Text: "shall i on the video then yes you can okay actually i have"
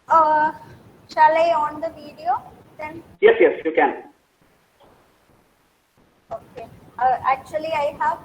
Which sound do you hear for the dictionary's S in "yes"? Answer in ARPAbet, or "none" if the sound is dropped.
S